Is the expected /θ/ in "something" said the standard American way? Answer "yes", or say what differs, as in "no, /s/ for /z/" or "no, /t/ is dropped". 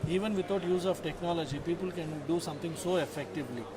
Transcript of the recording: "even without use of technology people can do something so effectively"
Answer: no, /t/ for /θ/